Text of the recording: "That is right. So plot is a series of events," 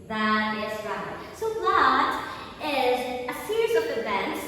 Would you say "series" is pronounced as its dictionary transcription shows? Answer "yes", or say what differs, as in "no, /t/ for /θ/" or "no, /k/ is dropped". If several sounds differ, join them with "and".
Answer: yes